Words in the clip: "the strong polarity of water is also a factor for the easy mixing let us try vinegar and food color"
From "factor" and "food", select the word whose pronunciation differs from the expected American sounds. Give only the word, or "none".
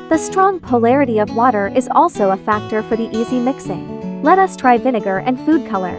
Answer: none